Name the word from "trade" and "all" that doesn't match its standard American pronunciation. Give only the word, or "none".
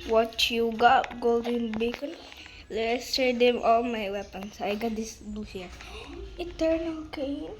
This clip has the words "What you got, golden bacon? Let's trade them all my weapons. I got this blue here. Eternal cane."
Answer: trade